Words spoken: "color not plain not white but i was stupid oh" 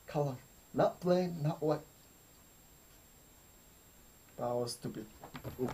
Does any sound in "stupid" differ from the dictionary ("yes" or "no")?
yes